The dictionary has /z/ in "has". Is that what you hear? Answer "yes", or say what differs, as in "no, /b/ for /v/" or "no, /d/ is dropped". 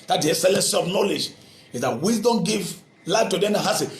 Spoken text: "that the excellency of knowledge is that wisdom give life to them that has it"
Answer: no, /s/ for /z/